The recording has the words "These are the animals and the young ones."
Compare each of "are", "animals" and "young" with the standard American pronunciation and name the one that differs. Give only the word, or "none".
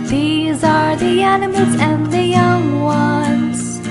none